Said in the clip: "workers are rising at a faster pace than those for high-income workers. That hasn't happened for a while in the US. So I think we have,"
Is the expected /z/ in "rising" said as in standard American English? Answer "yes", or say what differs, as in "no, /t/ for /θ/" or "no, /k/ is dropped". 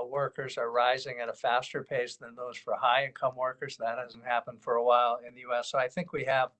yes